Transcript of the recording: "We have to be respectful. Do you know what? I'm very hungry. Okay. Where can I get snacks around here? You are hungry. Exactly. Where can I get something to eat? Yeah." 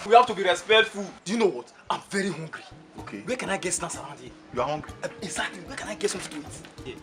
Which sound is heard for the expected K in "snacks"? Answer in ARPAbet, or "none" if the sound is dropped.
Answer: none